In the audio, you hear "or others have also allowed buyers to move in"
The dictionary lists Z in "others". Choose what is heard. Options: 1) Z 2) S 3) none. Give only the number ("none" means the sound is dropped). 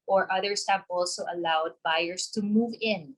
2